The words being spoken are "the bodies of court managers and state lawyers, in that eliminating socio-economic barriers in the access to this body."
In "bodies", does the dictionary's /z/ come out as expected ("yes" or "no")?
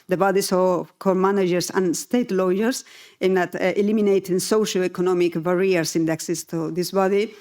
no